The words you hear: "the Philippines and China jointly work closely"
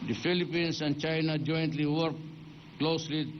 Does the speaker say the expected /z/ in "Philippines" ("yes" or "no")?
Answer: no